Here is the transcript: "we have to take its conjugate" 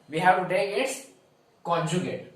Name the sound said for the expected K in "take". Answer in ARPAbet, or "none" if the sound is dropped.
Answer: none